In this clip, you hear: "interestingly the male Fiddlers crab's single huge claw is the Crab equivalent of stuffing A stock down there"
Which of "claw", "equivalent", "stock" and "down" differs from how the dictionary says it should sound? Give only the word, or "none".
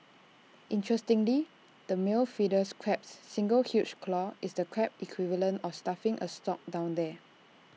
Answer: equivalent